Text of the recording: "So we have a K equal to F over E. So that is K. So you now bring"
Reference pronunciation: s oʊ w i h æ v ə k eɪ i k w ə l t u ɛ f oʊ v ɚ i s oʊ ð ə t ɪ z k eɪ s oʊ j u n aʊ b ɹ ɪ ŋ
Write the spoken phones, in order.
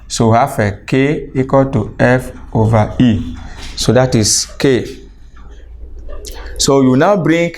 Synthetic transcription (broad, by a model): s oʊ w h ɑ f ə k eɪ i k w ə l t u ɛ f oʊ v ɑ i s oʊ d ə t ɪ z k eɪ s oʊ j u n aʊ b ɹ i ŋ